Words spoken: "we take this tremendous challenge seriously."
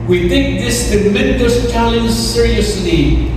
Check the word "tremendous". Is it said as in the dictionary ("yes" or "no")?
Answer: no